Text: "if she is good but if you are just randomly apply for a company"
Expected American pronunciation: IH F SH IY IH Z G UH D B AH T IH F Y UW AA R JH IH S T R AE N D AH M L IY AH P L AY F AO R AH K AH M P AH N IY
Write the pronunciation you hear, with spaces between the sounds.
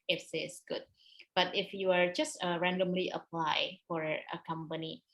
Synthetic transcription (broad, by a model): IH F S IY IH S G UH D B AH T IH F Y UW AA R JH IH S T R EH N D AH M L IY AH P L AY F AO R AH K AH M P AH N IY